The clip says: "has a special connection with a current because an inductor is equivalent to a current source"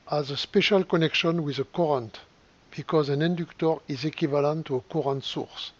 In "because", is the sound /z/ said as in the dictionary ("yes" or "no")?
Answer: yes